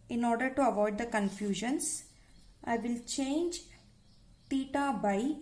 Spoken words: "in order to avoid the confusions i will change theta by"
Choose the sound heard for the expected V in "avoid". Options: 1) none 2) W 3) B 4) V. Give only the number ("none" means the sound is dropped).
4